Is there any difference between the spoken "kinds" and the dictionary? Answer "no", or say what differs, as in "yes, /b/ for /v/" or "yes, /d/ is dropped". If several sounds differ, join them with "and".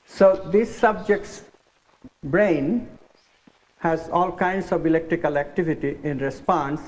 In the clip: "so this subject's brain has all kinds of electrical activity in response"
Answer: yes, /s/ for /z/